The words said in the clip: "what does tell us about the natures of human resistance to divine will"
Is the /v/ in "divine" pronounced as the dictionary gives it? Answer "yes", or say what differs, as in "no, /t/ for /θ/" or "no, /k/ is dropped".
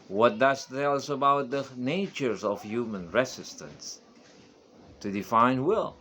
no, /f/ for /v/